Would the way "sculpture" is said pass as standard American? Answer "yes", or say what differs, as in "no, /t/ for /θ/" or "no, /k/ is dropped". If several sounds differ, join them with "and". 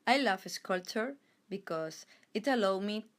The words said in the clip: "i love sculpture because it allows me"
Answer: no, /p/ is dropped